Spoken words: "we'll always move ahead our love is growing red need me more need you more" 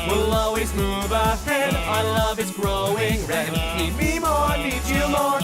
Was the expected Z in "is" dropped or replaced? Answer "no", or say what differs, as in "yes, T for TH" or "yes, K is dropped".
yes, S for Z